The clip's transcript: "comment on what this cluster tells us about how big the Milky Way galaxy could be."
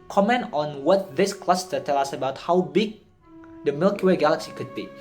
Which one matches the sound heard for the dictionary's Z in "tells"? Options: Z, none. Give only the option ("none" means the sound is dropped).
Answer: none